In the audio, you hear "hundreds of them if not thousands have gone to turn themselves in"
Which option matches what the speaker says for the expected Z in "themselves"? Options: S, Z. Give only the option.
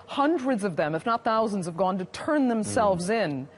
Z